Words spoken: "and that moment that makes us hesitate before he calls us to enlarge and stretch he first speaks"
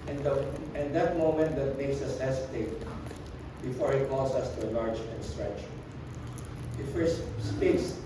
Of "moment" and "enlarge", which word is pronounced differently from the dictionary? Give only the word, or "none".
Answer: enlarge